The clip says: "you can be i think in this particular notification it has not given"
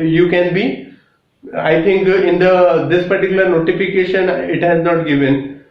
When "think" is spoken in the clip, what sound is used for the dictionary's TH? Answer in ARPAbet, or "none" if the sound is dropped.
T